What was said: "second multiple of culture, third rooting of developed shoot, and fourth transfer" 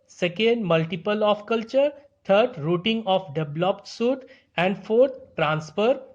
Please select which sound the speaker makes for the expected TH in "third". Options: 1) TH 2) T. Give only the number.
2